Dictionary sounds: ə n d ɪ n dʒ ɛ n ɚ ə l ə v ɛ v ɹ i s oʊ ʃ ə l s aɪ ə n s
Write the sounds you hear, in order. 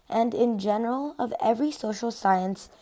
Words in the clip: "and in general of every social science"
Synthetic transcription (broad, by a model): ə n d ɪ n dʒ ɛ n ɚ ə l ə v ɛ v ɹ i s oʊ ʃ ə l s aɪ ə n s